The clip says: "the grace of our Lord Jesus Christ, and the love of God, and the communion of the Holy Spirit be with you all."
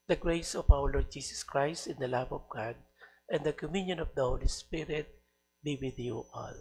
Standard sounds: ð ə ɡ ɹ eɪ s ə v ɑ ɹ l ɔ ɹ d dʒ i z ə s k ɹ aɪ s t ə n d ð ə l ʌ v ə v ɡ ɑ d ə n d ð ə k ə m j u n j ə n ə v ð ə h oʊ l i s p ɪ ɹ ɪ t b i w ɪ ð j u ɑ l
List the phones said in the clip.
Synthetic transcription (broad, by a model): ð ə ɡ ɹ eɪ s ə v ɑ w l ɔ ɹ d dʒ i s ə s k ɹ aɪ s t ə n d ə l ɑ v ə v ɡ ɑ d ə n d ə k ə m j u n j ə n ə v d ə h oʊ l i s p ɪ ɹ ɪ t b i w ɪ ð j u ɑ l